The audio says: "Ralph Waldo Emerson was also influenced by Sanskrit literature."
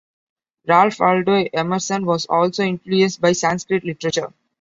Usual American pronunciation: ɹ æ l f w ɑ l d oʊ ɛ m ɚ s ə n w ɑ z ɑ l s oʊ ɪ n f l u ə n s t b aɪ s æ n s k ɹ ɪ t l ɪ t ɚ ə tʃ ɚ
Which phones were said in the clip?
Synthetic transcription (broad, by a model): ɹ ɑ l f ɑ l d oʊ ɛ m ɚ s ə n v ɑ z ɑ l s oʊ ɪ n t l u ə s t b aɪ s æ n s k ɹ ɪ t l ɪ t ɚ ə tʃ ɚ